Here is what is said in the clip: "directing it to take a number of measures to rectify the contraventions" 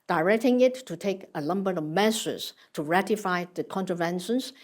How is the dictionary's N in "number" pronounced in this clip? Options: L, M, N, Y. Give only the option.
L